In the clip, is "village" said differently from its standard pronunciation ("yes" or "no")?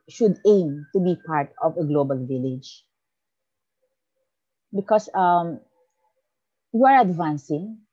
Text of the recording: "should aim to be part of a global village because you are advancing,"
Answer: no